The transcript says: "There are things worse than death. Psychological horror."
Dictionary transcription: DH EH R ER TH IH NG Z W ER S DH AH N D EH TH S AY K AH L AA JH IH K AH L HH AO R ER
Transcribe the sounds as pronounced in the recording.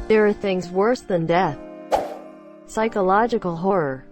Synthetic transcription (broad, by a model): DH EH R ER TH IH NG Z W ER S DH AH N D EH TH S AY K AH L AA JH IH K AH L HH AO R ER